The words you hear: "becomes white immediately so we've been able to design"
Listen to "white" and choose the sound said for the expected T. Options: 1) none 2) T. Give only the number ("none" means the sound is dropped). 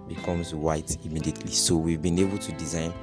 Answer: 2